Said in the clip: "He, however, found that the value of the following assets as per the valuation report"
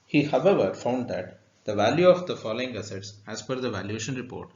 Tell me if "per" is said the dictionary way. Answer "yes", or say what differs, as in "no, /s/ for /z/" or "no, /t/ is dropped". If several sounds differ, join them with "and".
no, /f/ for /p/